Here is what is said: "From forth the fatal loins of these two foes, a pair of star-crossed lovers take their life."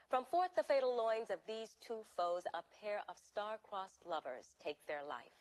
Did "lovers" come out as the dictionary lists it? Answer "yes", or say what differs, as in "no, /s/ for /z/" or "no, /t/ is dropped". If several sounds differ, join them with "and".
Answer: yes